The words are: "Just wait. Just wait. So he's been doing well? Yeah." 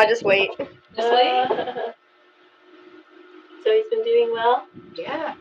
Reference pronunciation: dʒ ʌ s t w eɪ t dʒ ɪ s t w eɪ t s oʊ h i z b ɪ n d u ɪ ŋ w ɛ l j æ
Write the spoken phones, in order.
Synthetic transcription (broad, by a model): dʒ ʌ s t w eɪ ɪ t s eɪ s oʊ h i z b ɪ n d u ɪ ŋ w ɛ l j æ